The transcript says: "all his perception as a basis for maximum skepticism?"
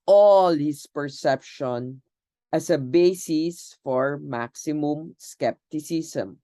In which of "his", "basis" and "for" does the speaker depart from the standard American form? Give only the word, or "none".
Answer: his